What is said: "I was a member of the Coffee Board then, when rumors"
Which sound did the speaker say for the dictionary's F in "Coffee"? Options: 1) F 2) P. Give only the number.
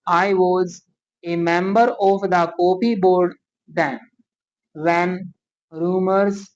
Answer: 2